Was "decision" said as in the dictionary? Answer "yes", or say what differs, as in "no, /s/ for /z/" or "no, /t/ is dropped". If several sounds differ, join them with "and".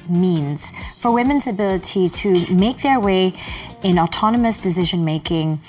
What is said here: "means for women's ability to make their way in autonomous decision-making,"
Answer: yes